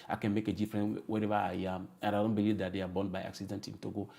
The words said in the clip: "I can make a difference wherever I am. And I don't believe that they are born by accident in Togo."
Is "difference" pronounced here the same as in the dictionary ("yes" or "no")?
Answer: no